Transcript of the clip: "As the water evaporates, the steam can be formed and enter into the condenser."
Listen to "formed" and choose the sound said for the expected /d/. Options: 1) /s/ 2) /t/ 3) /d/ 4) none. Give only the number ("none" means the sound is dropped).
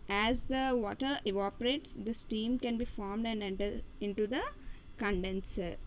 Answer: 3